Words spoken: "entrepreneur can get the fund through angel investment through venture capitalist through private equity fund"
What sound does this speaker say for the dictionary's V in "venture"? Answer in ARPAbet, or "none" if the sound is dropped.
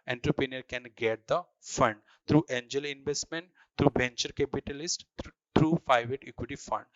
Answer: B